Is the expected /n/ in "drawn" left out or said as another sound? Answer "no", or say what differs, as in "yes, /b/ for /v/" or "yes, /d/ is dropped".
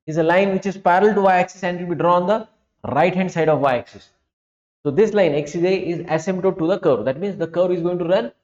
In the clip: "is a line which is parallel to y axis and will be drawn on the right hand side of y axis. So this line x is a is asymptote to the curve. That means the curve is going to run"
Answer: yes, /n/ is dropped